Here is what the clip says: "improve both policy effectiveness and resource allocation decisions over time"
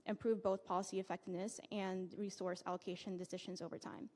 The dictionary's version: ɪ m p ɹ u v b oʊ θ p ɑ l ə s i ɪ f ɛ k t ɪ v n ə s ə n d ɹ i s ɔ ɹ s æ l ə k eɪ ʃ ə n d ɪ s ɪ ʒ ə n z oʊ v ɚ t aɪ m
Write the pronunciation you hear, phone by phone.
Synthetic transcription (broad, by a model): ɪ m p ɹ u v b oʊ θ p ɑ l ə s i ɪ f ɛ k t ɪ v n ə s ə n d ɹ i s ɔ ɹ s æ l ə k eɪ ʃ ə n d ɪ s ɪ ʒ ə n z oʊ v ɚ t aɪ m